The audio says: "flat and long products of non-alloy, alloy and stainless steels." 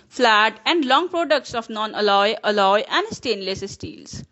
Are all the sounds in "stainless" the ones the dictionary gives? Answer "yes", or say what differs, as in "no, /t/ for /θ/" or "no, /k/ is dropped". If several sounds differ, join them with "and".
yes